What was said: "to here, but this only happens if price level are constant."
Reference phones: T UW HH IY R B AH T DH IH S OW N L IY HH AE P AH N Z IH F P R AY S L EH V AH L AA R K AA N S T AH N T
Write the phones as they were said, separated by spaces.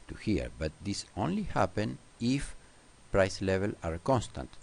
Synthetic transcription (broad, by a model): T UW HH IY R B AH T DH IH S OW N L IY HH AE P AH N IH F P R AY S L EH V AH L AA R K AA N S T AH N T